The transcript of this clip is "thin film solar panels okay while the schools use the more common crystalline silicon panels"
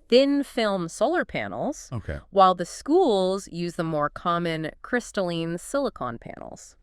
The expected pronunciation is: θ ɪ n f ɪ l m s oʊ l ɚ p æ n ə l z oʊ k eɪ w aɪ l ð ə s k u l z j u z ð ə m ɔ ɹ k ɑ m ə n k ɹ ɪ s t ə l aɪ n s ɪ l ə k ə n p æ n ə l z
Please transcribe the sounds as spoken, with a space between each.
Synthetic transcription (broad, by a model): θ ɪ n f ɪ l m s oʊ l ɚ p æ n l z oʊ k eɪ w aɪ l ð ə s k u l z j u z ð ə m ɔ ɹ k ɑ m ə n k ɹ ɪ s t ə l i n s ɪ l ə k ə n p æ n l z